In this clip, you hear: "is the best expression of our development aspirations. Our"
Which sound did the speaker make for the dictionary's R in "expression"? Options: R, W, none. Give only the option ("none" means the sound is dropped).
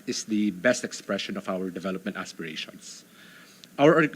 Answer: R